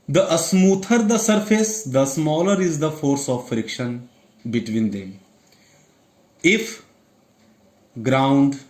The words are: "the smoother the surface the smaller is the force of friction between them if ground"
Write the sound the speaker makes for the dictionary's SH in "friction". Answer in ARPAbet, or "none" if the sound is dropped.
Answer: SH